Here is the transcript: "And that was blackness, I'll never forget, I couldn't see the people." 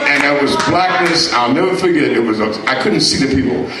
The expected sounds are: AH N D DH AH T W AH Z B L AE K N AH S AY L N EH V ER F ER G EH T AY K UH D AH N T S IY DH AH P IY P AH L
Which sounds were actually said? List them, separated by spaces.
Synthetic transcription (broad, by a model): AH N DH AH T W AH Z B L AE K N AH S AY L N EH V ER F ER G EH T AY K UH D N T S IY DH AH P IY P L